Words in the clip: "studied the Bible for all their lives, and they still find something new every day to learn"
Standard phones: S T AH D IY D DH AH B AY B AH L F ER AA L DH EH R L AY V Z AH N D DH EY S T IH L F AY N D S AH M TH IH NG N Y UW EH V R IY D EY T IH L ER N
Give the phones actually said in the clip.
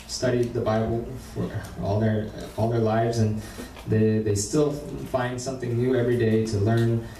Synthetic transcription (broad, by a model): S T AH D IY D DH AH B AY B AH L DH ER AA L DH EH R L AY V Z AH N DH DH EY S T IH L F AY N D S AH M TH IH NG N Y UW EH V R IY D EY T IH L ER N